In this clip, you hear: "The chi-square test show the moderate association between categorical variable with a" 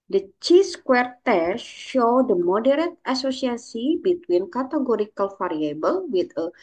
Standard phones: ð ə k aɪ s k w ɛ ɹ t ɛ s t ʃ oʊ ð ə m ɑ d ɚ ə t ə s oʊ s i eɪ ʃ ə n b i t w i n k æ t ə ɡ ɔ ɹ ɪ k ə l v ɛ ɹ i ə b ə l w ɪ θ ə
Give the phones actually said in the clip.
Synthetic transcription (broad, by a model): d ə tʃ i s k w ɛ ɹ t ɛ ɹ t ʃ oʊ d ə m ɑ d ɚ ə t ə s oʊ s i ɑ s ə b i t w i n k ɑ t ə ɡ ɔ ɹ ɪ k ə l f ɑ ɹ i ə b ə l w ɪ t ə